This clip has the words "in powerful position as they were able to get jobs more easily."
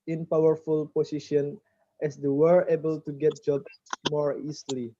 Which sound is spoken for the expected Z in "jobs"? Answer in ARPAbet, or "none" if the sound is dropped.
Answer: S